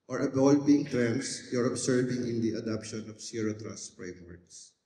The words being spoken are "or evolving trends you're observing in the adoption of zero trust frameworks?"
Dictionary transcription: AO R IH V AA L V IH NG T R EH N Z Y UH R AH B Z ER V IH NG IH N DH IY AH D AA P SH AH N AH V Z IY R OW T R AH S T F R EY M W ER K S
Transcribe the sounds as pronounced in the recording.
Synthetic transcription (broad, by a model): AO R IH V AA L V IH NG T R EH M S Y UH R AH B S ER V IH NG IH N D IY AH D AA P SH AH N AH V S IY R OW T R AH S T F R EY M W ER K S